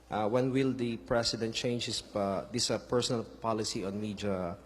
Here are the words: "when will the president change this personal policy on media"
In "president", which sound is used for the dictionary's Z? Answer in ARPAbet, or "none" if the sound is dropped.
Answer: S